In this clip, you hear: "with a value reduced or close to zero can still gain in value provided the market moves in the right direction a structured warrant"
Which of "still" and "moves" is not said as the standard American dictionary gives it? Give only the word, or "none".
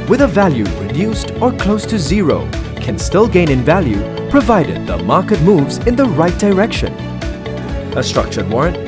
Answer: none